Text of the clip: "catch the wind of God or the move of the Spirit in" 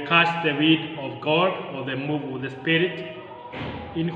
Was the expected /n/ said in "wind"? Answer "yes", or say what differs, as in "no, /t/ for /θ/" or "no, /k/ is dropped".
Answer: no, /n/ is dropped